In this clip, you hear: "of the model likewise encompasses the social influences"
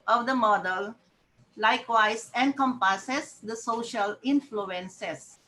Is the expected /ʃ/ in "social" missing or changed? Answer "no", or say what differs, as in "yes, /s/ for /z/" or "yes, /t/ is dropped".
no